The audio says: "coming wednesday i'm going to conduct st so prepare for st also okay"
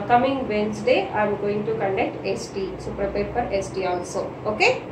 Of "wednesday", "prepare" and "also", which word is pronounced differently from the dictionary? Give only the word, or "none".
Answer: wednesday